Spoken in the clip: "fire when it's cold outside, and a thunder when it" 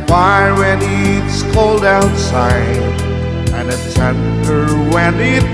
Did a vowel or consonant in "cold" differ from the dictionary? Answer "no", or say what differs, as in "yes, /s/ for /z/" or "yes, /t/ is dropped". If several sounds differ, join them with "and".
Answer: no